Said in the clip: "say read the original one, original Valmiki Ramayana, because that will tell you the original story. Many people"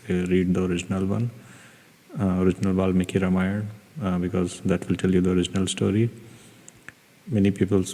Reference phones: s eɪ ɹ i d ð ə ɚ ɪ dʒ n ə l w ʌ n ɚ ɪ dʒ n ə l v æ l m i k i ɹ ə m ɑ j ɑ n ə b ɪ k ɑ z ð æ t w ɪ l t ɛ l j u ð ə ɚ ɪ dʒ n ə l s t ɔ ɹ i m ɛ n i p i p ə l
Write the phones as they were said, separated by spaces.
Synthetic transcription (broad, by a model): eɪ ɹ i d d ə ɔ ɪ dʒ n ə l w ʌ n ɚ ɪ dʒ n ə l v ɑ l m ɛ k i ɹ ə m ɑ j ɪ ə b ɪ k ɑ z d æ t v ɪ l t ɛ l j u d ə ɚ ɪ dʒ n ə l s t ɔ ɹ i m ɛ n i p i p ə l